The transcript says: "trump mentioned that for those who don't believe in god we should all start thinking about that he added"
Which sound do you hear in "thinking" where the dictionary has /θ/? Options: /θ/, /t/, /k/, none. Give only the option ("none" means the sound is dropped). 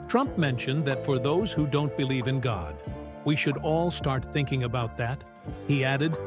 /θ/